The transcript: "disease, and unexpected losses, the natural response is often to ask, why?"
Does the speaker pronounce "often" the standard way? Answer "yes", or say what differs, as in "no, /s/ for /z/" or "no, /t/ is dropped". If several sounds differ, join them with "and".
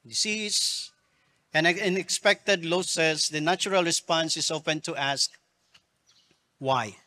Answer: no, /p/ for /f/